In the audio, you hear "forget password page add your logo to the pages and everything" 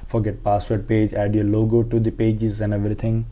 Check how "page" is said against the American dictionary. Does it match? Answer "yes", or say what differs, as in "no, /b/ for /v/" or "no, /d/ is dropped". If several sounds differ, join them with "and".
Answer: yes